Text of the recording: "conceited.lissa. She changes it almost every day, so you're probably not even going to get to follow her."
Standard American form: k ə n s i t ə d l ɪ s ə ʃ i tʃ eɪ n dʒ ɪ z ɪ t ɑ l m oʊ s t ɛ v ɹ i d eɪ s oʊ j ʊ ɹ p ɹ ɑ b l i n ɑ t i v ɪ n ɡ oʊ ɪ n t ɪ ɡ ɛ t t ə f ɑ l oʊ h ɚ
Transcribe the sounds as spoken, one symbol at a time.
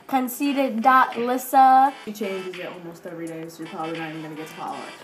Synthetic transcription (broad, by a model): k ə n s i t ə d l ɪ s ə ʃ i tʃ eɪ n dʒ ɪ z ɪ t ɑ l m oʊ s t ɛ v ɹ i d eɪ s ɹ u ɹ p ɑ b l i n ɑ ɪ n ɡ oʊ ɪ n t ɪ ɡ ɛ t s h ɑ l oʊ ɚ